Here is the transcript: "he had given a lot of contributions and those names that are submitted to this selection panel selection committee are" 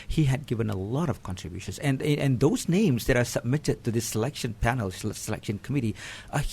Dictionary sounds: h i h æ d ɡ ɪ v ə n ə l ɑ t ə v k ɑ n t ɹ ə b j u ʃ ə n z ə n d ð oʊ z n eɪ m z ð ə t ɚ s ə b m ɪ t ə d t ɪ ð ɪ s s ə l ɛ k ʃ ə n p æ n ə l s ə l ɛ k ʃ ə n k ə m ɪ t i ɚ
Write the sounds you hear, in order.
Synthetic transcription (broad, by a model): h i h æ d ɡ ɪ v ə n ə l ɑ t ə v k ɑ n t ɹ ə b j u ʃ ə n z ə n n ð oʊ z n eɪ m z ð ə t ɚ s ə b m ɪ t ə d t ɪ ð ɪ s s ə l ɛ k ʃ ə n p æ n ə l s ə l ɛ k ʃ ə n k ə m ɪ t i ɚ